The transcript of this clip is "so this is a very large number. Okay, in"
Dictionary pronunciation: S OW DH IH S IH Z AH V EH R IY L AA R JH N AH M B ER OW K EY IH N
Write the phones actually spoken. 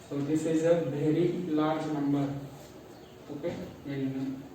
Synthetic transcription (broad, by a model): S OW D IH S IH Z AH B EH R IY L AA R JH N AH M B ER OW K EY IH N